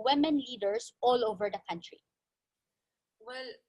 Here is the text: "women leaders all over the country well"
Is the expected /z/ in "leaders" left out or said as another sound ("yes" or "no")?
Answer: yes